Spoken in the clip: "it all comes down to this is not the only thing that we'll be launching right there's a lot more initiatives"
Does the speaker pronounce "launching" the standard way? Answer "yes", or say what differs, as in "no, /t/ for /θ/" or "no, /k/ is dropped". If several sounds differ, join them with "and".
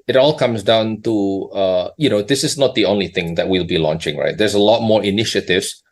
yes